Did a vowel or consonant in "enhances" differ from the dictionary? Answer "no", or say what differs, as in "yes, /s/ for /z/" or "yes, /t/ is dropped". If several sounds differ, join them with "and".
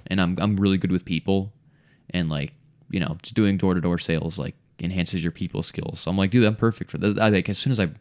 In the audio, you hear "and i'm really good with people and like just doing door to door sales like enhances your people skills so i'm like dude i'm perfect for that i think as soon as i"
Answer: no